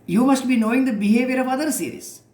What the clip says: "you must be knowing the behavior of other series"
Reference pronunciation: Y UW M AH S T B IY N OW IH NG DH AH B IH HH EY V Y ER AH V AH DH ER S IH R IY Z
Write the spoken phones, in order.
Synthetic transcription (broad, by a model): Y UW M AH S T B IY N OW IH NG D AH B IH HH EY V Y ER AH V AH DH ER S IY R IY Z